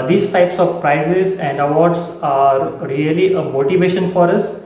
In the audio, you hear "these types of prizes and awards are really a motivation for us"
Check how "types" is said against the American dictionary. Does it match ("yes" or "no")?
yes